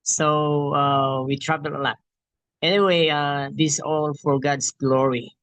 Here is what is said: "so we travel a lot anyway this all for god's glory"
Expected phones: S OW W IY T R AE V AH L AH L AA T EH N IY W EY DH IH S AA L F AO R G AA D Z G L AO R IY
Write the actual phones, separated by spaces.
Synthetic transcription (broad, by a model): S OW W IY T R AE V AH L AH L AA T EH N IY W EY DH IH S AA L F AO R G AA D S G L AO R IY